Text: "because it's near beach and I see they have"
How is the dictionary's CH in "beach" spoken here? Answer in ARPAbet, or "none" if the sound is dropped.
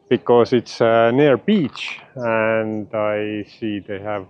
CH